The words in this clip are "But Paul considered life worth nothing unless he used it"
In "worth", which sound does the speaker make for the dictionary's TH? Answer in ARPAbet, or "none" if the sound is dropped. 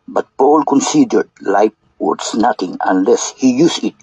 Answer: S